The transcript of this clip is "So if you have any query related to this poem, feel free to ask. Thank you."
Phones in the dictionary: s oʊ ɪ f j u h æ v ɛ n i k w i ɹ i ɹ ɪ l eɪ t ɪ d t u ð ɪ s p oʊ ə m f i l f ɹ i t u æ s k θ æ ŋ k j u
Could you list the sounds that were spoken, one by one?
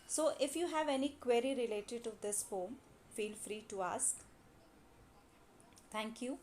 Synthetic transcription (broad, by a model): s oʊ ɪ f j u h æ v ɛ n i k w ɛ ɹ i ɹ ɪ l eɪ t ɪ d t u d ɪ s f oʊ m f i l f ɹ i t u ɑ s k t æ ŋ k j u